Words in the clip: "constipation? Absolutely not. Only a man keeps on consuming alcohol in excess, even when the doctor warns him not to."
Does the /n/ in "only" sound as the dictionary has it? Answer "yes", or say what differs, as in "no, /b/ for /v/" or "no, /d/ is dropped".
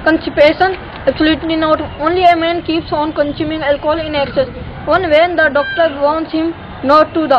yes